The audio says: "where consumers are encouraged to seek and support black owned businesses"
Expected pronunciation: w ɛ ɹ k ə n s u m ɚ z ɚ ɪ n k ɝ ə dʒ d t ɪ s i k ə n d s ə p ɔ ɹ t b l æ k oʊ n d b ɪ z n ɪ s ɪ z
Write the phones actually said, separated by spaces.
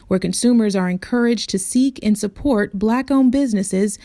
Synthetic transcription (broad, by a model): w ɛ ɹ k ə n s u m ɚ z ɚ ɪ n k ɝ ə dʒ t ɪ s i k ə n s ə p ɔ ɹ t b l æ k oʊ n b ɪ z n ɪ s ɪ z